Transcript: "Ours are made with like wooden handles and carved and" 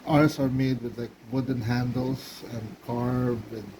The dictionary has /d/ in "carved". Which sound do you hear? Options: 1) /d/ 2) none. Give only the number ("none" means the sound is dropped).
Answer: 2